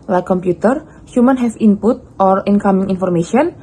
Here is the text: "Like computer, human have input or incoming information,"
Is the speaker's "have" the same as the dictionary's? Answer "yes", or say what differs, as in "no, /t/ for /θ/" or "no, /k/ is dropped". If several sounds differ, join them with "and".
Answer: no, /f/ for /v/